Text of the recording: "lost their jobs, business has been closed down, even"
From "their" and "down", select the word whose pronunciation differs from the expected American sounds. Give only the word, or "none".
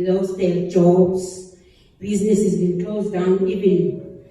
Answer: their